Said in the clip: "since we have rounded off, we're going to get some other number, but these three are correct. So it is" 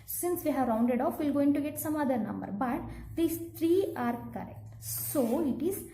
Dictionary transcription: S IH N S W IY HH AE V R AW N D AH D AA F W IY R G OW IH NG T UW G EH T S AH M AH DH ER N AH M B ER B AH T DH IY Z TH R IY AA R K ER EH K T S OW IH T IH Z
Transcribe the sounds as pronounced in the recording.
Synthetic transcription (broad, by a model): S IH N S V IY HH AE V R AW N D AH D AA F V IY L G OW IH NG T UW G EH T S AH M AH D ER N AH M B ER B AH T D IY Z T R IY AA R K ER EH K T S OW IH T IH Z